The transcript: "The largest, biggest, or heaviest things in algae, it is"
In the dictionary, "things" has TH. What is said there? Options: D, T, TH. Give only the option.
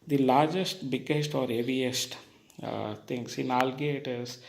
T